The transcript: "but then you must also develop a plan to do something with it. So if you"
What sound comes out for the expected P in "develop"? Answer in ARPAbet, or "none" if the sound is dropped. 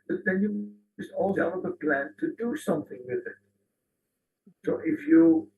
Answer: B